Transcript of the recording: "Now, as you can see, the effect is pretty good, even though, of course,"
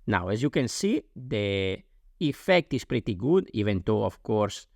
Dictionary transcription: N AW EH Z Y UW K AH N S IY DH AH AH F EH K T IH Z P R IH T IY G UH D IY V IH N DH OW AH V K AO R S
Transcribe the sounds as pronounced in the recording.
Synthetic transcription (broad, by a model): N AW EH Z Y UW K AH N S IY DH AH AH F EH K T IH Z P R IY T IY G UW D IY V IH N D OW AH F K AO R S